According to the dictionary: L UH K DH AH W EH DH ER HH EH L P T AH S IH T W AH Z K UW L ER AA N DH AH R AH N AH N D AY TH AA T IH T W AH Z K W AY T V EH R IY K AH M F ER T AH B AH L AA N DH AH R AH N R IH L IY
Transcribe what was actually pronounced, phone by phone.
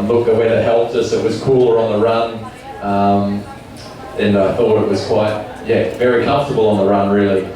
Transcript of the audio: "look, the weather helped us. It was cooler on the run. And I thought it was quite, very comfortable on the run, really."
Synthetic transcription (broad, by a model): L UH K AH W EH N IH HH EH L P T AH S IH T W AH Z K UW L ER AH N DH AH R AH N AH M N AY TH AA T IH T W AH Z K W AY T V EH R IY K AH M F T AH B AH L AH N DH AH R AH N R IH L IY